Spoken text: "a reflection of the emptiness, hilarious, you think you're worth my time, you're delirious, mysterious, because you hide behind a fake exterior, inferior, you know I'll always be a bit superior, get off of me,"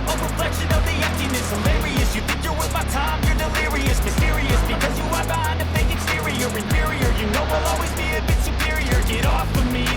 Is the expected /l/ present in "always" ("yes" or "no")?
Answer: yes